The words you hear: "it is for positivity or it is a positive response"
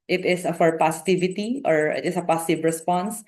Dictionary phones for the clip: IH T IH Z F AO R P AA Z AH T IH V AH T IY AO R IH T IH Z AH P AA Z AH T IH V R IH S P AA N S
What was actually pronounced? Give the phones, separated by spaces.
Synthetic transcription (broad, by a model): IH T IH S F AO R P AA S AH T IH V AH T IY AO R IH T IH S AH P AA S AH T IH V R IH S P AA N S